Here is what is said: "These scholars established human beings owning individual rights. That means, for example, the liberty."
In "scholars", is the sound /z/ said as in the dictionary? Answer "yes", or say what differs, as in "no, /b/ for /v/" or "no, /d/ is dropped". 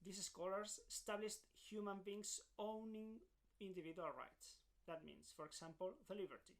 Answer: no, /s/ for /z/